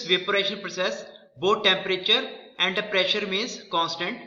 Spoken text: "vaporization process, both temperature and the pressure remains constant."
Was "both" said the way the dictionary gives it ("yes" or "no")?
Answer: no